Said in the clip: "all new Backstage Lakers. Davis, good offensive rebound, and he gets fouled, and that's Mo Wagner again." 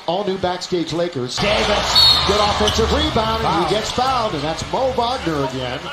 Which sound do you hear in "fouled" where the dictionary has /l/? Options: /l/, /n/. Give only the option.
/n/